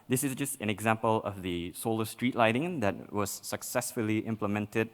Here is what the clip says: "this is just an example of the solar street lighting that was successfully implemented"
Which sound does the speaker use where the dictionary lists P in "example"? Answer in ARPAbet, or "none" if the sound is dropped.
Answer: P